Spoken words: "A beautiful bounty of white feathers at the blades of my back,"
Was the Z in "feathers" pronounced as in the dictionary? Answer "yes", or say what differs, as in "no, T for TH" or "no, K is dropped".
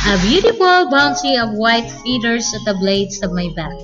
no, S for Z